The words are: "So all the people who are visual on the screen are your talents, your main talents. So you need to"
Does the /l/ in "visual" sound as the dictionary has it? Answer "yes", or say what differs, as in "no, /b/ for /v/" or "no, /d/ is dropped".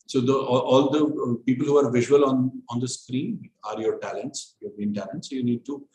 no, /n/ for /l/